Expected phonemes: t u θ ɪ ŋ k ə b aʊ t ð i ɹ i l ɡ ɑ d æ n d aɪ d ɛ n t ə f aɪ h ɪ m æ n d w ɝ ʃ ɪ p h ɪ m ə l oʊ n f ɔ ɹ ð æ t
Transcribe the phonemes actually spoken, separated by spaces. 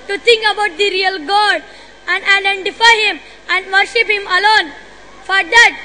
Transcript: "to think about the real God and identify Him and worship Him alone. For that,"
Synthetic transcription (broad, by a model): t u t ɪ ŋ k ə b aʊ t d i ɹ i l ɡ ɑ d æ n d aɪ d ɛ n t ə f aɪ h ɪ m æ n d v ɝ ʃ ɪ p h ɪ m ə l oʊ n f ɔ ɹ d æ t